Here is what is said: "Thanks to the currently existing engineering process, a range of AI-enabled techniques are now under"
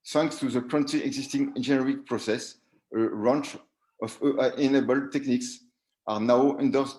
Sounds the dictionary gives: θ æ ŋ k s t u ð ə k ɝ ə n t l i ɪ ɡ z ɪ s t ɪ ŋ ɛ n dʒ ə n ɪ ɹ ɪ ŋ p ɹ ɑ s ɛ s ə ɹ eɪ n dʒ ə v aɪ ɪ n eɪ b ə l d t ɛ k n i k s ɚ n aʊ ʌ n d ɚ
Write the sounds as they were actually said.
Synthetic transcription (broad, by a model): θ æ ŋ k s t u ð ə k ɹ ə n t i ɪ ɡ z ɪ s t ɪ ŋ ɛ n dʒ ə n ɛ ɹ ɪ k p ɹ ɑ s ɛ s ə ɹ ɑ n tʃ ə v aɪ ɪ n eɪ b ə l t ɛ k n i k s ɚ n aʊ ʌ n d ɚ